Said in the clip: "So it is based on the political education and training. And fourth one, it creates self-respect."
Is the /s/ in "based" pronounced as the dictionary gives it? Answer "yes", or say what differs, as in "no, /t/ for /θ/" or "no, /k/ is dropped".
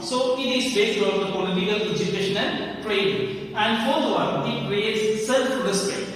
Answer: no, /s/ is dropped